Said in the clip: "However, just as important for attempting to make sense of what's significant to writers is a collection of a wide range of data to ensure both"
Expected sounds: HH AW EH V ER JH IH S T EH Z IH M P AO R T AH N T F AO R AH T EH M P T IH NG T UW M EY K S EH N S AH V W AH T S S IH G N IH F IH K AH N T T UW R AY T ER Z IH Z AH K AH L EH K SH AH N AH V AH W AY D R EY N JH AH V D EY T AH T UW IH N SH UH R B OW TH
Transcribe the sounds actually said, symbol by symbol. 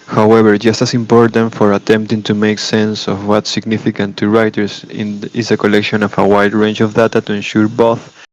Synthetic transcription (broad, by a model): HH AW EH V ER JH IH S T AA S IH M P AO R T AH N T F AO R AH T EH M P T IH NG T UW M EY K S EH N S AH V W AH T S S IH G N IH F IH K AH N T T UW R AY T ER S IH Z AH K AH L EH K SH AH N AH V AH W AY D R EY N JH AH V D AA T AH T UW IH N SH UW R B OW TH